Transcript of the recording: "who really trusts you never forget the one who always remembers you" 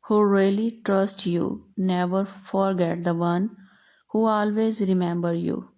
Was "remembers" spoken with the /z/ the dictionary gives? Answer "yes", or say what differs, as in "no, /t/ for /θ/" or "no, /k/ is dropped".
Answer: no, /z/ is dropped